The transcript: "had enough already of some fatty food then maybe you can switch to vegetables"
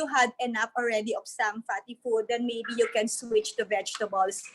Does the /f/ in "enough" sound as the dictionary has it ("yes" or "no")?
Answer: no